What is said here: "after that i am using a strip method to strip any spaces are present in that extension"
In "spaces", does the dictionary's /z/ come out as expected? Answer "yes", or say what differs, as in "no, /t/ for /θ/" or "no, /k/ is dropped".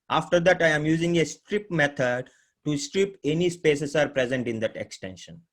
no, /s/ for /z/